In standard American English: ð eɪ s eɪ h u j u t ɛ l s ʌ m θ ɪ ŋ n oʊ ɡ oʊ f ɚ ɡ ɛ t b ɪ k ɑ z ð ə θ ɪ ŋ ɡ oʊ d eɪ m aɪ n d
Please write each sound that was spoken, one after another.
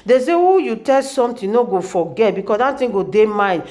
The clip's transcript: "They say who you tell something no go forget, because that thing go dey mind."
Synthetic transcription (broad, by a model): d eɪ s eɪ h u j u t ɛ l s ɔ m t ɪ n oʊ ɡ oʊ f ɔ ɡ ɛ t b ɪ k ɑ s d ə t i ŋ ɡ oʊ d eɪ m aɪ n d